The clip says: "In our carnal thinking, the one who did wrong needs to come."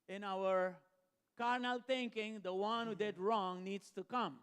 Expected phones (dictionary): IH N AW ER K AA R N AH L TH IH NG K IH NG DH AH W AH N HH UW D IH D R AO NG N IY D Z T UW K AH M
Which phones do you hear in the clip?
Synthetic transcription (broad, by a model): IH N AW ER K AA R N AH L T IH NG K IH NG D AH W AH N HH UW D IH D R AO NG N IY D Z T UW K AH M